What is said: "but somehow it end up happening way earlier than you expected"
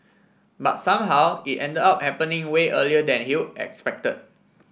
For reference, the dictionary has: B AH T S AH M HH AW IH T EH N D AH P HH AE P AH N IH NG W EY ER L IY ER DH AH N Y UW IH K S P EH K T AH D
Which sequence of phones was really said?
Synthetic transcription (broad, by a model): B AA T S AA M HH AW IH T EH N D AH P HH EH P AH N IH NG W EY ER L IY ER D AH N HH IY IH K S P EH K T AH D